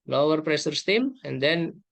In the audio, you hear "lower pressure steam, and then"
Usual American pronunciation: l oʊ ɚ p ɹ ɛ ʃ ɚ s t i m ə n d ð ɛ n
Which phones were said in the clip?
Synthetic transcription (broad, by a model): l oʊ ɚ p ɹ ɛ s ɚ s t i m ə n d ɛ n